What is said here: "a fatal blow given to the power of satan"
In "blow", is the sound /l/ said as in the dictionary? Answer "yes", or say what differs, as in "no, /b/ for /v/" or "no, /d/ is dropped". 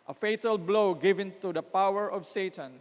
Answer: yes